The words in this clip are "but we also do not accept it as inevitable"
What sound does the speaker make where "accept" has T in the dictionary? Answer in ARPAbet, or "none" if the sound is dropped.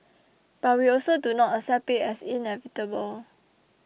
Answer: none